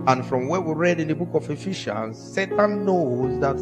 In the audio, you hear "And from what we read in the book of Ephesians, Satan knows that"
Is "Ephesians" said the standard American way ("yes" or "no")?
no